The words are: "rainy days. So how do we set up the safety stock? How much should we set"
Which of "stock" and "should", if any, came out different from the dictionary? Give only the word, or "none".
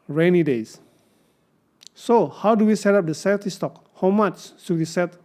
should